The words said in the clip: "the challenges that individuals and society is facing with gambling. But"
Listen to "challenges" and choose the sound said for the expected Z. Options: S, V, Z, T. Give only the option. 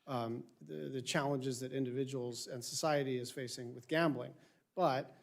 Z